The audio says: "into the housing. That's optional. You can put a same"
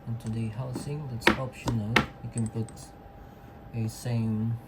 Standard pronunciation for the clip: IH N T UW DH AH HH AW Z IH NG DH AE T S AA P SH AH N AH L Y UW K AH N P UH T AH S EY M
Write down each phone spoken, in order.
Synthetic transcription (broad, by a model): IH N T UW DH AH HH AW S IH NG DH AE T S AA P SH AH N AH L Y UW K AH N P UH T AH S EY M